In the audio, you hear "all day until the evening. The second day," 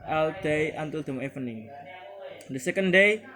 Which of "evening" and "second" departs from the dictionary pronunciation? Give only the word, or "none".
evening